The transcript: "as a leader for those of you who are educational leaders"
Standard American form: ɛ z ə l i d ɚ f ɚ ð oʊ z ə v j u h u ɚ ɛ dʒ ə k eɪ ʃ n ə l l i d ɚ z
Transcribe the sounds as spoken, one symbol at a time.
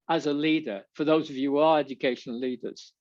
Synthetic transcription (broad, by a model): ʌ z ə l i d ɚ f ɚ ð oʊ z ə v j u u ɚ ɛ dʒ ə k eɪ ʃ ə n l i d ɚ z